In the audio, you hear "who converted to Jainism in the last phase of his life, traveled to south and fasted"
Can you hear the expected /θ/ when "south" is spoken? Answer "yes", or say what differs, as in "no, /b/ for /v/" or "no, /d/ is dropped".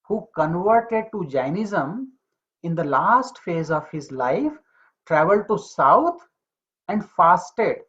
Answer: no, /t/ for /θ/